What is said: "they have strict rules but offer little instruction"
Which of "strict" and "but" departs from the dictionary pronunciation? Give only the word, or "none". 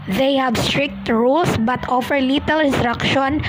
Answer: none